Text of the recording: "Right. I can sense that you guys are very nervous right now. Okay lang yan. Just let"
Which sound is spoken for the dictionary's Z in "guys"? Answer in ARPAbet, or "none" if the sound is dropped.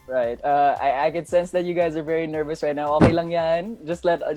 Z